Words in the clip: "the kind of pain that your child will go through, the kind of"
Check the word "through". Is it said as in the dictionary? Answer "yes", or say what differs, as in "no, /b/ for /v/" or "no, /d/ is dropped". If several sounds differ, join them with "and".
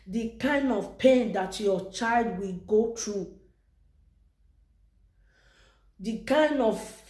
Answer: no, /t/ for /θ/